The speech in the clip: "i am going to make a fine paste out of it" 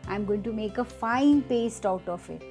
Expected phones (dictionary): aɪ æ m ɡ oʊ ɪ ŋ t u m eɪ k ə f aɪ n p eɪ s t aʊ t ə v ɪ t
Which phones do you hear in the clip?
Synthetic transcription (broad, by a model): aɪ m ɡ oʊ ɪ ŋ t u m eɪ k ə f aɪ n p eɪ s t aʊ t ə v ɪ t